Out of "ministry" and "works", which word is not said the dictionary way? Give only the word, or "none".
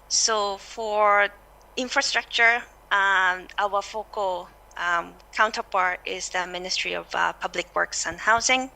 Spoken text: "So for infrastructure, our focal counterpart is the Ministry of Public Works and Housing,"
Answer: none